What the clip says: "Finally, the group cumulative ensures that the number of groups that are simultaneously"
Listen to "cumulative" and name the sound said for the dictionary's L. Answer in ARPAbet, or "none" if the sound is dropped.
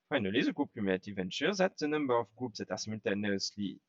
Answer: N